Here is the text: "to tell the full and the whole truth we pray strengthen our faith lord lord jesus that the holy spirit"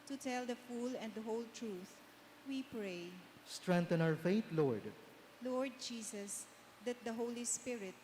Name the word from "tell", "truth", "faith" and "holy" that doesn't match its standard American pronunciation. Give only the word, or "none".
faith